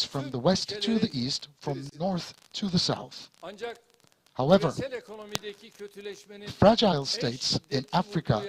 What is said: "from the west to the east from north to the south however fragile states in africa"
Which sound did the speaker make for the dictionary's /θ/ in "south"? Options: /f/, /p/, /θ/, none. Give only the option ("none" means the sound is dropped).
/θ/